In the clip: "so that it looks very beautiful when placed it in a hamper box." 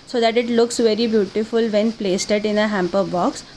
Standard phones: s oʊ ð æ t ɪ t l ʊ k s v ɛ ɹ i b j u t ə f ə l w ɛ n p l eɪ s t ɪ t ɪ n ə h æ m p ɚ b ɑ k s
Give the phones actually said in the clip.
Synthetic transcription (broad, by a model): s oʊ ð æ t ɪ t l ʊ k s v ɛ ɹ i b j u t ə f ə l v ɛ n p l eɪ s t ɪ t ɪ n ə h æ m p ɚ b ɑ k s